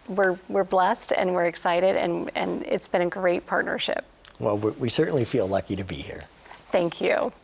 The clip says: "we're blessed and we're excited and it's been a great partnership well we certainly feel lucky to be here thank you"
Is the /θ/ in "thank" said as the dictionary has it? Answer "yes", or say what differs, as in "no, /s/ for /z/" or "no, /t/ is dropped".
yes